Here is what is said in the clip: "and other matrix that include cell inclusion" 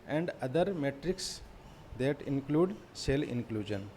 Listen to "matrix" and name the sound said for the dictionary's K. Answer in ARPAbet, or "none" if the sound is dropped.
K